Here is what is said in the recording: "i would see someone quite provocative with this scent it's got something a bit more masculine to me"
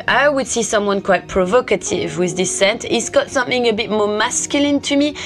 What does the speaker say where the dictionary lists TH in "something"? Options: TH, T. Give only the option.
TH